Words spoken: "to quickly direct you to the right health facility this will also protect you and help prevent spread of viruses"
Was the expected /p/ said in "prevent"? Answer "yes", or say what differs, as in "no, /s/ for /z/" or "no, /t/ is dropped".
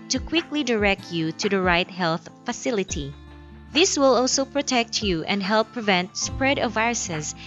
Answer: yes